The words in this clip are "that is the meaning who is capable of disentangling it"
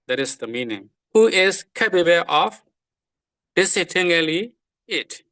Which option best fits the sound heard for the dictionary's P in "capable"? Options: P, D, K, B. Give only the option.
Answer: B